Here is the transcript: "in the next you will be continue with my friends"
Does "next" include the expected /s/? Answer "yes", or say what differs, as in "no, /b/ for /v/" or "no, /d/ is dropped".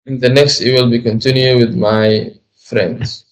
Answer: yes